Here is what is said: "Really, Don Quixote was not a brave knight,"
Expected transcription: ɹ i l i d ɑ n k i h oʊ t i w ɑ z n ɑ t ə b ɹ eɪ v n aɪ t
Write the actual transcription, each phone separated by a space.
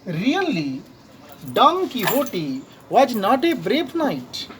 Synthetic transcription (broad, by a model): ɹ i l i d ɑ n k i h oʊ t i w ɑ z n ɑ t ə b ɹ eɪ p n aɪ t